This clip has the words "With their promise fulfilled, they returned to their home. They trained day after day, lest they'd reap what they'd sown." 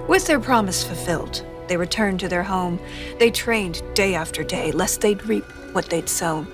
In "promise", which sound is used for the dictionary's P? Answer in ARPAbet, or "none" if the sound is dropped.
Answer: P